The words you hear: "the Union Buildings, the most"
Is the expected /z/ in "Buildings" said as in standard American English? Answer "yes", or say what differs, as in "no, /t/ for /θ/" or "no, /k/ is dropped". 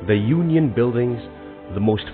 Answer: yes